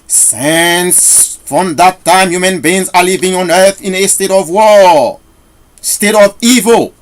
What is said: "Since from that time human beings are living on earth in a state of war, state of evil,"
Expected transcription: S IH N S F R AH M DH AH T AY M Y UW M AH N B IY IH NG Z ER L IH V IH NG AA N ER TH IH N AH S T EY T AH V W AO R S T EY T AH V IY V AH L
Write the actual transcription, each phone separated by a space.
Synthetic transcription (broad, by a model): S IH N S F R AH M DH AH T AY M Y UW M AH N B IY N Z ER L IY V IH NG AA N ER TH IH N AH S T EY T AH V W AO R S T EY T AH V IY V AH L